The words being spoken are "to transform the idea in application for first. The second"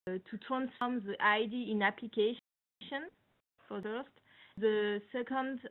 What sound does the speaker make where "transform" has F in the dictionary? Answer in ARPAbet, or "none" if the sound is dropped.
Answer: none